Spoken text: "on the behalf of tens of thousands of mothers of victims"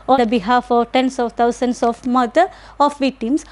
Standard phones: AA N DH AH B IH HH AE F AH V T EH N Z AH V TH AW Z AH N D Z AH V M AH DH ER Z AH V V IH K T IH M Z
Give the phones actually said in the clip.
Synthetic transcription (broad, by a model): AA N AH B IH HH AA F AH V T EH N S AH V T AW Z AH N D S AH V M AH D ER AH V V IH K T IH M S